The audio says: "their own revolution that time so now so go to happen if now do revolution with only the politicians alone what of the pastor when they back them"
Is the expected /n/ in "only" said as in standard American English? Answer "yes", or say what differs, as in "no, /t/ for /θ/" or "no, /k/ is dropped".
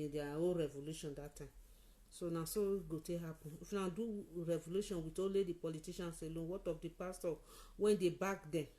no, /n/ is dropped